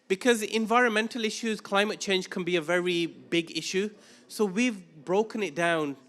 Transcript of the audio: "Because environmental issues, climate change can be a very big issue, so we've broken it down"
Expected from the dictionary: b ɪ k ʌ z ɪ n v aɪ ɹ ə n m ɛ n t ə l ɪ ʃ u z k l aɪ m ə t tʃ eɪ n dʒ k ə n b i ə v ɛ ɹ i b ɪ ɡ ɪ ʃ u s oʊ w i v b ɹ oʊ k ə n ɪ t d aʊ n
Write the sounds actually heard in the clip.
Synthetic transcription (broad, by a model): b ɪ k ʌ z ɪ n v aɪ ɹ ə n m ɛ n t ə l ɪ ʃ u z k l aɪ m ə t tʃ eɪ n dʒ k ə n b i ə v ɛ ɹ i b ɪ ɡ ɪ ʃ u s oʊ w i v b ɹ oʊ k ə n ɪ t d aʊ n